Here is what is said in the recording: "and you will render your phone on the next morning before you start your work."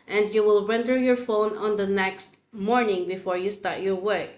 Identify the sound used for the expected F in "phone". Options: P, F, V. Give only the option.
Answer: F